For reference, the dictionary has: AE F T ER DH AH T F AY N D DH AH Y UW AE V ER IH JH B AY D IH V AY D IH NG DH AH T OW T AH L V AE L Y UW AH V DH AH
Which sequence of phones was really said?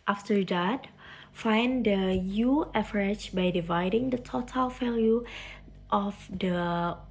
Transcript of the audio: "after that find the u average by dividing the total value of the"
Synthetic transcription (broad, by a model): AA F T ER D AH T F AY N D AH Y UW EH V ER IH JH B AY D IH V AY D IH NG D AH T OW T AH L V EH L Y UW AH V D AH